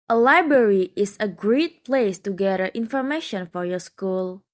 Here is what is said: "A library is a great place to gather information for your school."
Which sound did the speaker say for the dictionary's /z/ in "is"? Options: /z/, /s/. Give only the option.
/s/